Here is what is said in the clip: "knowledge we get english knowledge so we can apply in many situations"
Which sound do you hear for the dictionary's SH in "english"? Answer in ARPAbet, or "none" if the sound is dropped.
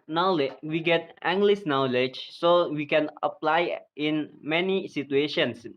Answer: S